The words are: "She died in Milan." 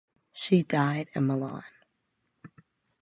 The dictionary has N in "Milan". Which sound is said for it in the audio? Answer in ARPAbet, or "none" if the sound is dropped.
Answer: N